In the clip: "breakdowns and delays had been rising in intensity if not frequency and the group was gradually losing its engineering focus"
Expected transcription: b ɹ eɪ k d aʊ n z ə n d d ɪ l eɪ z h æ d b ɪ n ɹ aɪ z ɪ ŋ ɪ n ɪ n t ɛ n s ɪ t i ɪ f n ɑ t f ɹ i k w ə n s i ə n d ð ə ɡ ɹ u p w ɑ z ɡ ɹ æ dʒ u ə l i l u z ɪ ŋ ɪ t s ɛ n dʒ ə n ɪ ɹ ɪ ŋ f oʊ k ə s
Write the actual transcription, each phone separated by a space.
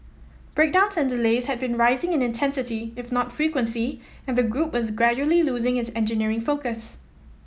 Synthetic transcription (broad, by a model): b ɹ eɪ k d aʊ n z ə n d d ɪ l eɪ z h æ d b ɪ n ɹ aɪ z ɪ ŋ ɪ n ɪ n t ɛ n s ɪ t i ɪ f n ɑ t f ɹ i k w ə n s i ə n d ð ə ɡ ɹ u p w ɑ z ɡ ɹ æ dʒ u ə l i l u z ɪ ŋ ɪ t s ɛ n dʒ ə n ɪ ɹ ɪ ŋ f oʊ k ə s